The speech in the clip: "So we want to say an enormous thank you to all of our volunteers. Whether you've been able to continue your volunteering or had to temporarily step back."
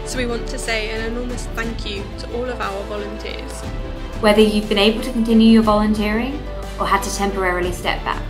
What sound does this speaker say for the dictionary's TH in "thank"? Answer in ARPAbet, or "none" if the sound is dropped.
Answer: TH